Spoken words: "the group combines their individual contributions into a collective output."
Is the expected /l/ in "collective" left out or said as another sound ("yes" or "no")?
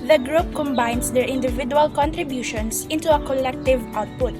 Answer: no